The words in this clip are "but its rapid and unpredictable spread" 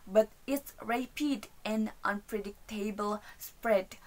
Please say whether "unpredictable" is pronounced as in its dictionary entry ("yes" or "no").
yes